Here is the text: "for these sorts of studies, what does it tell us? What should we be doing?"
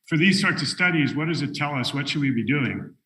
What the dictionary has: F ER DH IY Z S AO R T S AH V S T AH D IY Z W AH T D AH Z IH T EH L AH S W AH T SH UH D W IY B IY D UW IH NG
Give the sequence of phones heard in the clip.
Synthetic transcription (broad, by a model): F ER DH IY Z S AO R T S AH S T AH D IY Z W AH T D AH Z IH T EH L AH S W AH T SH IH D W IY B IY D UW IH NG